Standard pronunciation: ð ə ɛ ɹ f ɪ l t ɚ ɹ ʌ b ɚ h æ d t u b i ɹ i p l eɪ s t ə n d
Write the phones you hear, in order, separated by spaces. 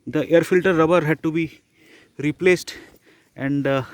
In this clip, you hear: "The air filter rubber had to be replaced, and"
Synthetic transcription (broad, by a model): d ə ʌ ɹ f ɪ l t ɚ ɹ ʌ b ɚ h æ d t u b i ɹ i p l eɪ s t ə n d